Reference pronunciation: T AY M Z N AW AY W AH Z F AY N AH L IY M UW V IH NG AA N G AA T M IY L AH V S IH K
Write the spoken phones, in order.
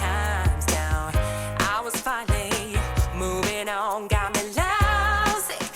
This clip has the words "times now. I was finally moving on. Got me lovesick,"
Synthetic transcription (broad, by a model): AY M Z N AW AY W AH Z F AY AH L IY M UW V IH NG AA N G AA T M IY L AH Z